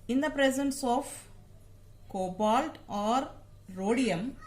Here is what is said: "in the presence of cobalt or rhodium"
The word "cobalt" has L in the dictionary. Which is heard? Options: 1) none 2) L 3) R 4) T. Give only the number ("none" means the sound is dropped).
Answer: 2